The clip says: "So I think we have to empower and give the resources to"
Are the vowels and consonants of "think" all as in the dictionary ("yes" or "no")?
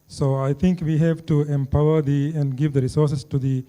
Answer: no